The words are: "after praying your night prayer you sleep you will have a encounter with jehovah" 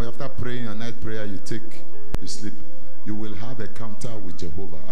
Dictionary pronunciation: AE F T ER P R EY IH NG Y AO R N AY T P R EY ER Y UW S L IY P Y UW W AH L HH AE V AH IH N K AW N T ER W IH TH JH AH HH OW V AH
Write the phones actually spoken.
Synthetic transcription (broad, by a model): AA F T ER P R EY IH NG Y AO N AY T P R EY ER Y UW S L IY P Y UW W AH L HH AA V AH K AW N T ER W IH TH JH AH HH OW V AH